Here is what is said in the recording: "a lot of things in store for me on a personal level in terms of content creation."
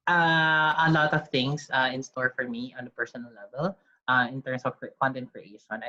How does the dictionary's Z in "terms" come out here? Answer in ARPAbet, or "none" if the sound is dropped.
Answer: S